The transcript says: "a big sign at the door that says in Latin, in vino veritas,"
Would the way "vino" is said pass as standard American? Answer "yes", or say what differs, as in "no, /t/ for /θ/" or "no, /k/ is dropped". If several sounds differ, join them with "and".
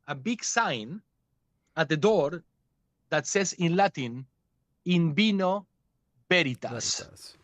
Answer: no, /b/ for /v/